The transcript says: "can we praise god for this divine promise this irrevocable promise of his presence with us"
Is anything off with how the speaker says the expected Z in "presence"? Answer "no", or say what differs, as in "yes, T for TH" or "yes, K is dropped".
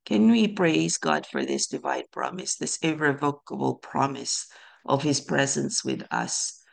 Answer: no